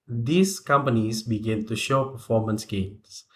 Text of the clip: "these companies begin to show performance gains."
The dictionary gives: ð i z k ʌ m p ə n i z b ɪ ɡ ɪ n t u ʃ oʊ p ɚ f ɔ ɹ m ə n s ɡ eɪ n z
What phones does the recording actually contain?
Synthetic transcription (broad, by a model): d i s k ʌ m p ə n i s b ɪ ɡ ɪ n t u ʃ oʊ p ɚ f ɔ m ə n s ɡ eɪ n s